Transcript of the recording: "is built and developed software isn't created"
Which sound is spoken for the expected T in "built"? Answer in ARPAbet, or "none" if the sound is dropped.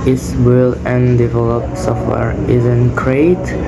none